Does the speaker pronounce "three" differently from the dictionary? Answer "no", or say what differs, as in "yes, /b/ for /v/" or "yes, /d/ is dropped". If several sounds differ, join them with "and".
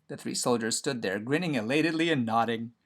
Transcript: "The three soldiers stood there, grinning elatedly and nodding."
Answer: no